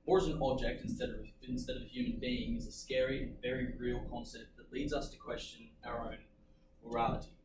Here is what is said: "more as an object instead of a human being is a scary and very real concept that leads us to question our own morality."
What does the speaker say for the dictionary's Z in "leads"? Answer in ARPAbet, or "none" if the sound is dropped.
Z